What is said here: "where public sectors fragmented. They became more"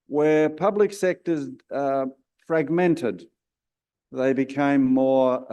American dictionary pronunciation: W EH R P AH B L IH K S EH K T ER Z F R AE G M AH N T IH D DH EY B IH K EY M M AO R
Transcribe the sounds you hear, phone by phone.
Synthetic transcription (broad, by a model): W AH R P AH B L IH K S EH K T ER Z F R AE G M AH N T IH D DH EY B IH K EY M M AO R